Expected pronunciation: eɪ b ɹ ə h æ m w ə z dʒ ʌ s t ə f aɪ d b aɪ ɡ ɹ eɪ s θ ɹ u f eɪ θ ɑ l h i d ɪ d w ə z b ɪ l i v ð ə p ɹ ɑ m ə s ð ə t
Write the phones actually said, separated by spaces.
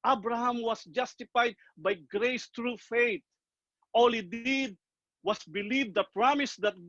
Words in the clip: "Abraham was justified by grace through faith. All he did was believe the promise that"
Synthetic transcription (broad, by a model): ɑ b ɹ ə h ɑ m w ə s dʒ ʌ s t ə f aɪ d b aɪ ɡ ɹ eɪ s t ɹ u f eɪ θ ɑ l h i d ɪ d w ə s b ɪ l i v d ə p ɹ ɑ m ə s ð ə t